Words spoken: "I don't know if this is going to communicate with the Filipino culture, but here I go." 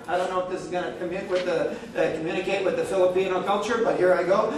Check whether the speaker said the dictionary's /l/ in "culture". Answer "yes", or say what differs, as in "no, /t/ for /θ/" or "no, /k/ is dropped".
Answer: yes